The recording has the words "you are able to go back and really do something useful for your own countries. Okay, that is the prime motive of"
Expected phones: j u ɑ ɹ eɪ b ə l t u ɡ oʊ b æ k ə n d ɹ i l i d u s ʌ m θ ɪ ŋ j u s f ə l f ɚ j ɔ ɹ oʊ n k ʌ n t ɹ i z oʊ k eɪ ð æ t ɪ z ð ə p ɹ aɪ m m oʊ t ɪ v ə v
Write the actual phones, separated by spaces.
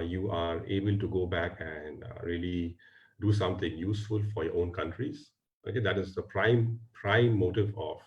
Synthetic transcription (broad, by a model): j u ɑ ɹ eɪ b ə l t u ɡ oʊ b æ k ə n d ɹ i l i d u s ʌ m t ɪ ŋ j u s f ə l f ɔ j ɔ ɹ oʊ n k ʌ n t ɹ i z oʊ k eɪ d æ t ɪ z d ə p ɹ aɪ m m oʊ t ɪ v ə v